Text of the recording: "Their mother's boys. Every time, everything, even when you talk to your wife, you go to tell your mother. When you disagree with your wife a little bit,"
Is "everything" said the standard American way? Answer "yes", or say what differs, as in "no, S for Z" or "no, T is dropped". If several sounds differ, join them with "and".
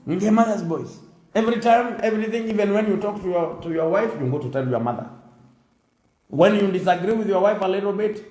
yes